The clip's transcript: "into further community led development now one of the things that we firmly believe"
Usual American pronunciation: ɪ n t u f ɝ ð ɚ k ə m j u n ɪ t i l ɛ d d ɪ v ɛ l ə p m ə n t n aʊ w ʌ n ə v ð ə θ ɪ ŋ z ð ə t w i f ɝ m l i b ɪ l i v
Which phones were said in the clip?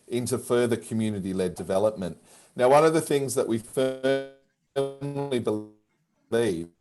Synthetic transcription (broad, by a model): ɪ n t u f ɝ ð ɚ k ə m j u n ɪ t i l ɛ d d ɪ v ɛ l ə p m ə n t n aʊ w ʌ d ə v ð ə θ ɪ ŋ z ð ə t w i f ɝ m l i b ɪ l i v